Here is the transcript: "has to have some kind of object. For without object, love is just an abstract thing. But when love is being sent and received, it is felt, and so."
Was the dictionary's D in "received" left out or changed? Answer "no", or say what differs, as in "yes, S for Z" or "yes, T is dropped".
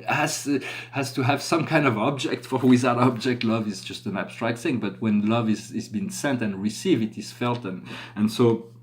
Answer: yes, D is dropped